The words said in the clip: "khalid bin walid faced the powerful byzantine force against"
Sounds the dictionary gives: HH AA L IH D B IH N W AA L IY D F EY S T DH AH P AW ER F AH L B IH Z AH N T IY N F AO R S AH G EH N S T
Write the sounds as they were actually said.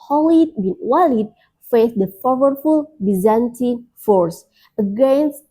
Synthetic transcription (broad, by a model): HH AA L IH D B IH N W AA L IY D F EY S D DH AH F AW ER F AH L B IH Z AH N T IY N F AO R S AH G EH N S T